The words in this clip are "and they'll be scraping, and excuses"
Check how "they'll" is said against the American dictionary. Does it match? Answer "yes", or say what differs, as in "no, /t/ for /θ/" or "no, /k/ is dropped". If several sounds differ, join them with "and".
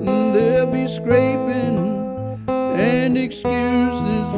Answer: yes